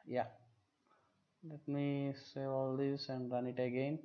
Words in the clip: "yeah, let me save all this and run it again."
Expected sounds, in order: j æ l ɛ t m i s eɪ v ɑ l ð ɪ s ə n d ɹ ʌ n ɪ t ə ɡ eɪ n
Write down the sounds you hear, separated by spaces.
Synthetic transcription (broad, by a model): j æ l ɛ t m i s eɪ ɑ l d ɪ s ə n d ɹ ʌ n ɪ t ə ɡ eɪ n